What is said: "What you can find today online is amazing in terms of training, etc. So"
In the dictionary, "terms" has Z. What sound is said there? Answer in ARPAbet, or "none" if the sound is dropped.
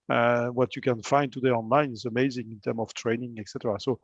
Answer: none